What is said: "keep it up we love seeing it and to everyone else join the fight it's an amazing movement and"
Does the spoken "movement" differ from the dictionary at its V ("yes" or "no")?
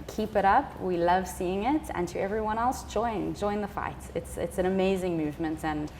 no